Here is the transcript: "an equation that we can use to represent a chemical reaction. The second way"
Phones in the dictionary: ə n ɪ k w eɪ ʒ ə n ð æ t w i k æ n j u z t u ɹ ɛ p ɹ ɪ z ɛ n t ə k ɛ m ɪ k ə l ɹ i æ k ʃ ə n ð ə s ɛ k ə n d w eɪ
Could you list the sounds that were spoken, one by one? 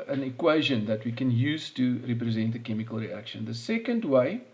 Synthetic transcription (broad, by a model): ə n ɪ k w eɪ ʒ ə n ð æ t w i k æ n j u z t u ɹ ɛ p ɹ ɪ z ɛ n t ə k ɛ m ɪ k ə l ɹ i æ k ʃ ə n ð ə s ɛ k ə n d w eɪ